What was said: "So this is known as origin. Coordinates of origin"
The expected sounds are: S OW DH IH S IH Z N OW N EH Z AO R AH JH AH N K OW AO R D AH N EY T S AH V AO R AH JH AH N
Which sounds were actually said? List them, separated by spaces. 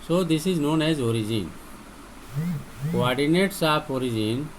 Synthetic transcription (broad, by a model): S OW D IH S IH Z N OW N EH Z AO R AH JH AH N K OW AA R D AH N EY T S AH P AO R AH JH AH N